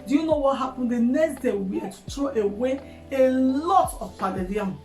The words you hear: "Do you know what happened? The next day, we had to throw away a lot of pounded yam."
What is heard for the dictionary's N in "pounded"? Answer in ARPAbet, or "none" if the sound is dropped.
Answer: none